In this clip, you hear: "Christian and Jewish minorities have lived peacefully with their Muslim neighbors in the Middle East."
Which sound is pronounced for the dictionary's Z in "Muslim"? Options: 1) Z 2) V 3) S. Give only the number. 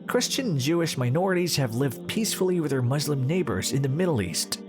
1